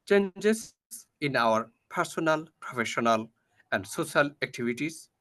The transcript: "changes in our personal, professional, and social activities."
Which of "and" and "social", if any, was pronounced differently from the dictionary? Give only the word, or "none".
social